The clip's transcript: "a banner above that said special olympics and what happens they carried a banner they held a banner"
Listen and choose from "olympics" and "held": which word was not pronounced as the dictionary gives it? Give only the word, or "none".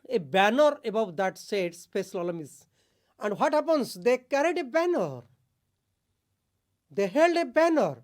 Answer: olympics